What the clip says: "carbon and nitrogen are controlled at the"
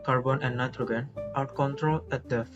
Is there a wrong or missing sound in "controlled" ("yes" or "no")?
yes